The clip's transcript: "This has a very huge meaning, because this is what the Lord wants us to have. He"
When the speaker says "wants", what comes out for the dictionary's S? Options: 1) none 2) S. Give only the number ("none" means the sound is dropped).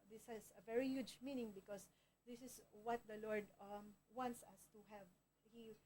2